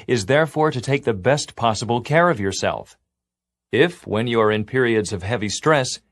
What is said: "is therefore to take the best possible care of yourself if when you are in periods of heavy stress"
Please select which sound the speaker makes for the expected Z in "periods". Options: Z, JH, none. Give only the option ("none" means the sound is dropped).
Z